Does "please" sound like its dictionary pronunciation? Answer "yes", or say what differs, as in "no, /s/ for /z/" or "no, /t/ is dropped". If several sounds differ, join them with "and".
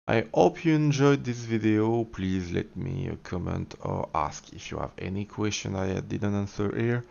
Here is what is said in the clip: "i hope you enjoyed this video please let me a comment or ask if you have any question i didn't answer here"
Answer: yes